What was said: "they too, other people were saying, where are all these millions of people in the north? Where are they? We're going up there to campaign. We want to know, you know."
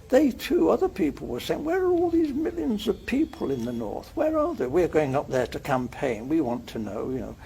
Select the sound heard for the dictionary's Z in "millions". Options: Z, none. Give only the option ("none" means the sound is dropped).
Z